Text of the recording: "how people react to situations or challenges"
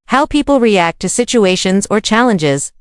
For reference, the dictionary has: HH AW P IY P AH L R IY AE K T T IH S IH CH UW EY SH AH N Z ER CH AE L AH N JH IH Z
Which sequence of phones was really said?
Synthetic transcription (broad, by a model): HH AW P IY P L R IY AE K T T IH S IH CH UW EY SH AH N Z ER CH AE L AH N JH IH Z